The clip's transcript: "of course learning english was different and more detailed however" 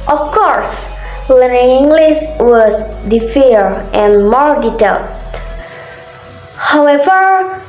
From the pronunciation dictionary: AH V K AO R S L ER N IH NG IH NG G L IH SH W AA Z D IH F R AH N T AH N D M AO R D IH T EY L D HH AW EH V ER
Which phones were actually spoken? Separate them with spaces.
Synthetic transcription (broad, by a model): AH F K AO R S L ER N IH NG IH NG G L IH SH W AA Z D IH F AH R T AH N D M AO R D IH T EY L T HH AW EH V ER